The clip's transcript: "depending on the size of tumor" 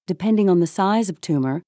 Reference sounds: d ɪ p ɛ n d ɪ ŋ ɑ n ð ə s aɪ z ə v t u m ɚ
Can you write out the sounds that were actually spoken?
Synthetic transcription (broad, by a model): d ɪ p ɛ n d ɪ ŋ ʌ n ð ə s aɪ z ə v t u m ɚ